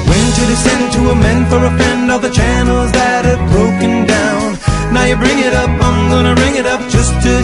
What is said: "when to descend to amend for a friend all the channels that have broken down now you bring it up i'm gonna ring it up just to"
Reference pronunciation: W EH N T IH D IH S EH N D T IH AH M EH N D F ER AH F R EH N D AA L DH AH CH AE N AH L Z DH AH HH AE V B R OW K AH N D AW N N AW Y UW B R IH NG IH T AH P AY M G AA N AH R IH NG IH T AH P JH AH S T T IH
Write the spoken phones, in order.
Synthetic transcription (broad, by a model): W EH N T IH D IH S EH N T IH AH M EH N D F ER AH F EH N D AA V DH AH CH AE N L Z DH AH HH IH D B R OW K AH N D AW N N AW Y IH B R IH NG IH T AH P AY M G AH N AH R IH NG IH T AH P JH AH S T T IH